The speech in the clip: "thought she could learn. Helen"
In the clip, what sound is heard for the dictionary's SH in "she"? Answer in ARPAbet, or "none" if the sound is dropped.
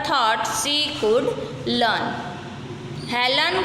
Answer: S